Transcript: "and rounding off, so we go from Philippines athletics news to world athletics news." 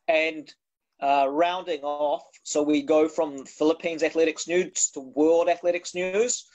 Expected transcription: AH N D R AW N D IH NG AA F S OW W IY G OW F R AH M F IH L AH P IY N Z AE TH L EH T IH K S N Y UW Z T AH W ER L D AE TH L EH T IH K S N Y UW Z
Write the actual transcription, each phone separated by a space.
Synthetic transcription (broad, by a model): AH N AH R AW N D IH NG AA F S OW W IY G OW F R AH M F IH L AH P IY N Z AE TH L EH T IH K S N Y UW Z T AH W ER L D AE TH L EH T IH K S N Y UW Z